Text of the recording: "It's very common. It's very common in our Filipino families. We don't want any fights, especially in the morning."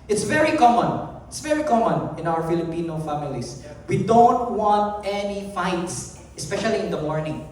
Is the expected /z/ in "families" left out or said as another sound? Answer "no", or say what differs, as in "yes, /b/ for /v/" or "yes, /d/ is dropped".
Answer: yes, /s/ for /z/